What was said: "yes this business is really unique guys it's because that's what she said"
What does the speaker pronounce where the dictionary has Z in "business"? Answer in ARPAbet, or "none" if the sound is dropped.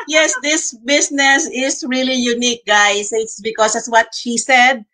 S